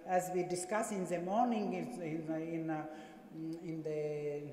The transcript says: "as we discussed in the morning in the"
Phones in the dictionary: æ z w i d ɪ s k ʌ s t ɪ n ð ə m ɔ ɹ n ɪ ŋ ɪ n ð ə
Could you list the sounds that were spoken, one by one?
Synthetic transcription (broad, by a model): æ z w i d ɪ s k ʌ s ɪ n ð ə m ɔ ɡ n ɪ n ɪ n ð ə